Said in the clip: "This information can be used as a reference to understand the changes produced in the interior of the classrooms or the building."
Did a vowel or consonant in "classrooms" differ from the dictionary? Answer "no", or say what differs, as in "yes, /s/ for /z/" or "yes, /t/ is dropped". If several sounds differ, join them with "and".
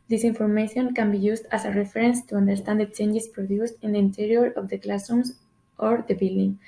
yes, /ɹ/ is dropped